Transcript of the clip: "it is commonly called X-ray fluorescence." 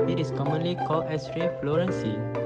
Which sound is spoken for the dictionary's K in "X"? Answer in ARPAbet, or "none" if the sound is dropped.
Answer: none